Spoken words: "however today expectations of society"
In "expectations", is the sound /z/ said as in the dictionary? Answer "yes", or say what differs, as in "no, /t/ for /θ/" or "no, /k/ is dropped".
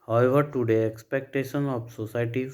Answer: no, /z/ is dropped